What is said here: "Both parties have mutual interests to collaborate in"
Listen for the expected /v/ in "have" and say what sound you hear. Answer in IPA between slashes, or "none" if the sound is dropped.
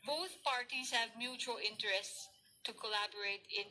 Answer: /v/